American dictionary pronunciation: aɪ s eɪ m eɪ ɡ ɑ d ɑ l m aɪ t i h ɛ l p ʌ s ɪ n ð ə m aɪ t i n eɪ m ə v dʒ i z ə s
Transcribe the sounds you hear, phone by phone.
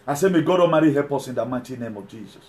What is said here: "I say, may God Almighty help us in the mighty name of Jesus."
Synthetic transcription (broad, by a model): aɪ s eɪ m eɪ ɡ ɑ d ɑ m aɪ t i h ɛ l p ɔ s ɪ n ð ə m aɪ t i n eɪ m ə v dʒ i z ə s